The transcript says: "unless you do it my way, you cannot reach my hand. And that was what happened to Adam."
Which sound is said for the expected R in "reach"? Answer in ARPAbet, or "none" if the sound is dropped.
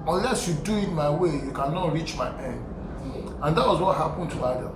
R